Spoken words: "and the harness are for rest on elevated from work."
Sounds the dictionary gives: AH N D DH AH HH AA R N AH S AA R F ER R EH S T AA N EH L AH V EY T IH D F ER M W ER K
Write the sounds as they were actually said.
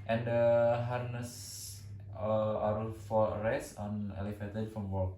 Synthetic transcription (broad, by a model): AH N D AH HH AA R N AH S AA R F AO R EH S AA N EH L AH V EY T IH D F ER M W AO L